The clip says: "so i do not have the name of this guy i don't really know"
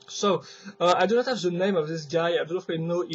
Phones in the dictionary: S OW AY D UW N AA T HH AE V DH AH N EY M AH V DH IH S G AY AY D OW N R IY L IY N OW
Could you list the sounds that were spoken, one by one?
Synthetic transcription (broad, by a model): S OW AY D UW N AA T HH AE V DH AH N EY M AH V DH IH S G AY AY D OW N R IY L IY N OW